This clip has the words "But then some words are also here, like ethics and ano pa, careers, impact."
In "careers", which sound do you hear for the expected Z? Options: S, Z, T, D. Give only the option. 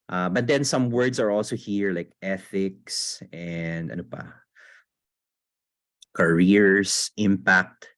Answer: S